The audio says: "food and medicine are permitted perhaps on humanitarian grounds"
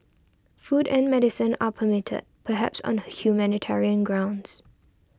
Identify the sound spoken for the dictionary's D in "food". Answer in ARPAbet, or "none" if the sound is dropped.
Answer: D